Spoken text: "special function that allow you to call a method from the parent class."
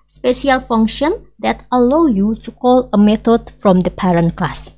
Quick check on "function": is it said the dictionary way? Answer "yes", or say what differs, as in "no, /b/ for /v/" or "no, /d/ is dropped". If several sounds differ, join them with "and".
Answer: yes